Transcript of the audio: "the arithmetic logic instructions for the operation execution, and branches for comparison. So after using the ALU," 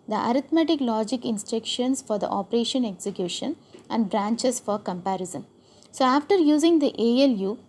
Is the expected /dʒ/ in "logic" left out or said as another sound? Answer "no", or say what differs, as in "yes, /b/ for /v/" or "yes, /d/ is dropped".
no